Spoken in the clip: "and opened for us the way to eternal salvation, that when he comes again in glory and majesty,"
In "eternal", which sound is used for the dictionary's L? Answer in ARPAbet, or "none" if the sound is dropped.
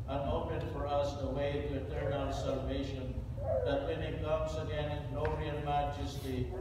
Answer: N